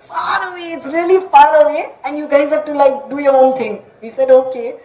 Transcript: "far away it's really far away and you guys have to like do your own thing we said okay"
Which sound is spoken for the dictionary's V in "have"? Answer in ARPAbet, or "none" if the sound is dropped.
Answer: P